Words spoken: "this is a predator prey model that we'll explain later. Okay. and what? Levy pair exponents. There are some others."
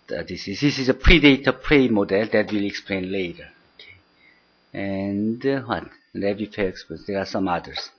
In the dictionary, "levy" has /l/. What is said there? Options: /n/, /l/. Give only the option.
/n/